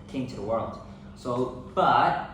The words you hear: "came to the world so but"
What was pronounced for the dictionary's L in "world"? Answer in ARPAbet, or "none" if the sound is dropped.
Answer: L